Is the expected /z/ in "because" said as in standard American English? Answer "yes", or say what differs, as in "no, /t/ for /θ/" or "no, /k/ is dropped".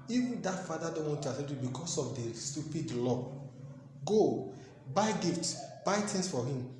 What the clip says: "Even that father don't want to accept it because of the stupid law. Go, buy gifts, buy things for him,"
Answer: no, /s/ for /z/